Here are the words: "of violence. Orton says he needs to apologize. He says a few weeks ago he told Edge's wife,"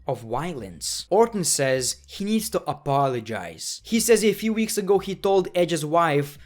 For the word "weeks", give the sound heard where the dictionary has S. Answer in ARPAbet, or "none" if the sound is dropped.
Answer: S